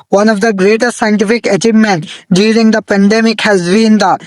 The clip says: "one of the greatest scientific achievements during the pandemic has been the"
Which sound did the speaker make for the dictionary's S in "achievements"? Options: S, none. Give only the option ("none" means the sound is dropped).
none